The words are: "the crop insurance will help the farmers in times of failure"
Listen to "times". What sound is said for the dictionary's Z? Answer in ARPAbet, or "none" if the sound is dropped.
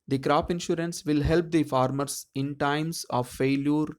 S